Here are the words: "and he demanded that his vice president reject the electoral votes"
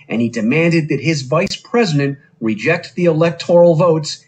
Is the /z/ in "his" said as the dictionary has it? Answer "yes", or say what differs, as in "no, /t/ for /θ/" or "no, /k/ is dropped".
yes